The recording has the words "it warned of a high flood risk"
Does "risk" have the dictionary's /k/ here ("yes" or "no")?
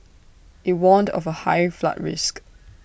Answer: yes